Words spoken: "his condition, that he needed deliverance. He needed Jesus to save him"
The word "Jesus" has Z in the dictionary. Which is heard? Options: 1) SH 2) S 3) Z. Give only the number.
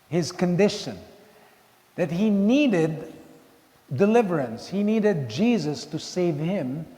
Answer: 3